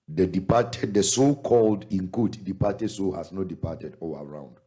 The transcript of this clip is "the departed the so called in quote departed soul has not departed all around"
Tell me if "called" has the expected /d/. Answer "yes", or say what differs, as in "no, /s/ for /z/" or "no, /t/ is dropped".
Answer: yes